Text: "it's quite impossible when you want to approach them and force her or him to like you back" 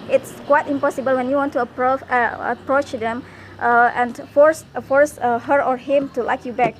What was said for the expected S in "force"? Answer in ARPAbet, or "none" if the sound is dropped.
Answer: S